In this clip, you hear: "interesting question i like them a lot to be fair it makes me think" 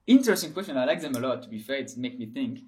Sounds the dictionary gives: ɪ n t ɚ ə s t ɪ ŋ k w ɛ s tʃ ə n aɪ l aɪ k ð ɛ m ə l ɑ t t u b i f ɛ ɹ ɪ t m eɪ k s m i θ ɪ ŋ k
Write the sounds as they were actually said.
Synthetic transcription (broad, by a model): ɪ n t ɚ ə s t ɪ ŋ k w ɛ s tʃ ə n aɪ l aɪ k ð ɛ m ə l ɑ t t u b i f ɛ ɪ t m eɪ k m i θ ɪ ŋ k